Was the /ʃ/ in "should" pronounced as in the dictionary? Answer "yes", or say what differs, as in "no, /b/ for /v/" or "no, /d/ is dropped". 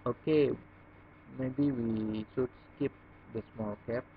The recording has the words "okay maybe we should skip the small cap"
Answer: no, /s/ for /ʃ/